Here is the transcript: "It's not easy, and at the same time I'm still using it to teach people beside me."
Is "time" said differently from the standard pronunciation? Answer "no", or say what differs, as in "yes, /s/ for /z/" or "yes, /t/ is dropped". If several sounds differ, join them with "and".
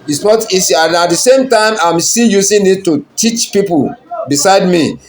no